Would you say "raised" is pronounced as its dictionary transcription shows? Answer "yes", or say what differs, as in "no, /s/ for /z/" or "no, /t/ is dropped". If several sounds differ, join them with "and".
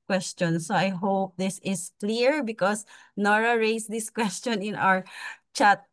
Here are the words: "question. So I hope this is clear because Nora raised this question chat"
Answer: no, /s/ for /z/